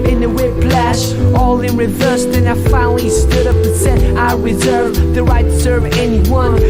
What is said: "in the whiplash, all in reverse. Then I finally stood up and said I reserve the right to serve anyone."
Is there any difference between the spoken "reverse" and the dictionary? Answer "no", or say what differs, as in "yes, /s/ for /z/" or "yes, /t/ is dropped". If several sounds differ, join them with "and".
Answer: no